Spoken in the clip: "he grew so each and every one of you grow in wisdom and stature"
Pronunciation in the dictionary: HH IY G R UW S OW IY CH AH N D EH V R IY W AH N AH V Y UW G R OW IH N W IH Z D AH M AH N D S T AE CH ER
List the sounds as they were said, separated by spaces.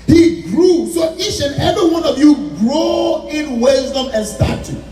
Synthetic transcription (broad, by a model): HH IY G R UW S OW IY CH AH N EH V R IY W AH N AH V Y UW G R OW IH N W IH Z D AH M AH N S T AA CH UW